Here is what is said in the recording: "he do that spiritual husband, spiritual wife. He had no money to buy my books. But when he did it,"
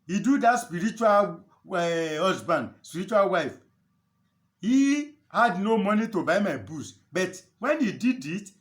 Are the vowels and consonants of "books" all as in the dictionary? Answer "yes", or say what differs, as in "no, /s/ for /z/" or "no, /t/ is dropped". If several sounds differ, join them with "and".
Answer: no, /k/ is dropped